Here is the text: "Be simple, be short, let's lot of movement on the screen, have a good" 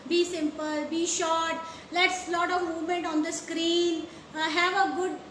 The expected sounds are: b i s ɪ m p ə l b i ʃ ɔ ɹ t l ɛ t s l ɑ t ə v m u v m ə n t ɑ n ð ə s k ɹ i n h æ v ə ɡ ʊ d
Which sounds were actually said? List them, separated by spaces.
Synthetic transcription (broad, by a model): b i s ɪ m p ə l b i ʃ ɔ t l ɛ t s l ɑ t ə v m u m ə n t ɑ n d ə s k ɹ i n h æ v ə ɡ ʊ d